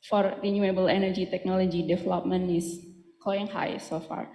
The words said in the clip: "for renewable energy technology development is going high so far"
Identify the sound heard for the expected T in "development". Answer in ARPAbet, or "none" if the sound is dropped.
none